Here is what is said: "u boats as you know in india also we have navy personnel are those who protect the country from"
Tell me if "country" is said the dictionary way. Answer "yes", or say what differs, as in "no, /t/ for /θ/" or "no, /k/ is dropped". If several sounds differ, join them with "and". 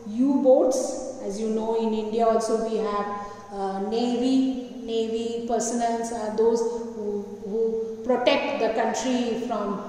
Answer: yes